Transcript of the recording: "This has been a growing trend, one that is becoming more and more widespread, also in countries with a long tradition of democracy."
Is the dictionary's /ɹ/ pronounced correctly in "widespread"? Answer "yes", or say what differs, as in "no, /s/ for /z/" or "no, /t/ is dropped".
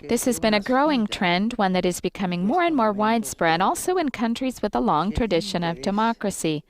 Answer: yes